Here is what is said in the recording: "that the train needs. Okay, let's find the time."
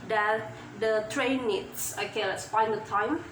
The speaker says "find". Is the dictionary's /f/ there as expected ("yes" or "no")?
no